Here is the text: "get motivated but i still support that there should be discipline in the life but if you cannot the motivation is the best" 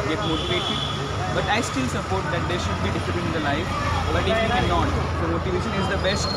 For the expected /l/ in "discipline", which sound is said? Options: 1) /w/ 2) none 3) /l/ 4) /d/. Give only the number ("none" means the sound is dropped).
2